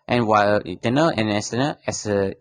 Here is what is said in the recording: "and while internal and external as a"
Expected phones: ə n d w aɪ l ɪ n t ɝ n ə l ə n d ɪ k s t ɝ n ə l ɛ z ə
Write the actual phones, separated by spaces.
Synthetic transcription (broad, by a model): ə n w aɪ l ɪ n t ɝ n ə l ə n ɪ s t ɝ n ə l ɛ s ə